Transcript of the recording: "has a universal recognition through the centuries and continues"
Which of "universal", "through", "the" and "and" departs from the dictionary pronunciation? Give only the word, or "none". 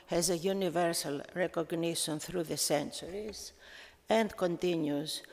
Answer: none